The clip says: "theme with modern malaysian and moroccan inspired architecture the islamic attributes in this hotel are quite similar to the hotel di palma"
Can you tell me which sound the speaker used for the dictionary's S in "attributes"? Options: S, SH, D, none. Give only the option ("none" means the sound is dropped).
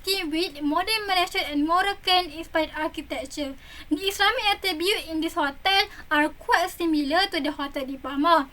none